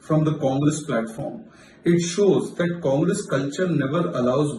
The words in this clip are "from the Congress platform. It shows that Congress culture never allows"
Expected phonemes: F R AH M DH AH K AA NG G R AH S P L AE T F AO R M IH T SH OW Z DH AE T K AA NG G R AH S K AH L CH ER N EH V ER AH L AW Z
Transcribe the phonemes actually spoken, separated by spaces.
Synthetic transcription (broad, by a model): F R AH M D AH K AA NG G R AH S P L AE T F AO R M IH T SH OW Z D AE T K AA NG G R AH S K AH L CH ER N EH V ER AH L AW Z